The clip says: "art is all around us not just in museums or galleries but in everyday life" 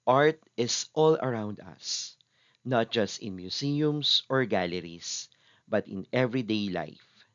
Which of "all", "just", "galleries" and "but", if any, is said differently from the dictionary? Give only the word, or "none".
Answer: galleries